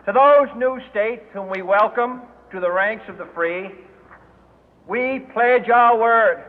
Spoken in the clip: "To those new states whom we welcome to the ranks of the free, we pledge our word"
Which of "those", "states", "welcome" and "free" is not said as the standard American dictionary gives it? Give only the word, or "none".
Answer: none